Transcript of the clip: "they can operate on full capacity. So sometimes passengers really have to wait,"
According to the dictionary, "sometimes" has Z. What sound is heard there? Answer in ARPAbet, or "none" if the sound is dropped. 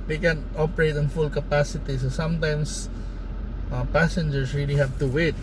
S